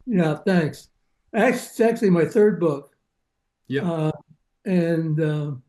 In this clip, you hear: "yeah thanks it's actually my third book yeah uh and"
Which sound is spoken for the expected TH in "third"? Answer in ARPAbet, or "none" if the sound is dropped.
TH